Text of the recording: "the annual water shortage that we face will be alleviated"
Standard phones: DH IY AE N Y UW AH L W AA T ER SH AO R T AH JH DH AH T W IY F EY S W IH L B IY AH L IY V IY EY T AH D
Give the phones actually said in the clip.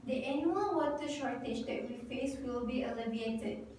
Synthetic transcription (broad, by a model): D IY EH N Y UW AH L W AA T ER SH AO R T AH JH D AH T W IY F EY S W IH L B IY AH L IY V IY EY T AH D